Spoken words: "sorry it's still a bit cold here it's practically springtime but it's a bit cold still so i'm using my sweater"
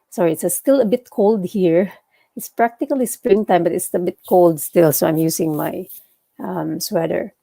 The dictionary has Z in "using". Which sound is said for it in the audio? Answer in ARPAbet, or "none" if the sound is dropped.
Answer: S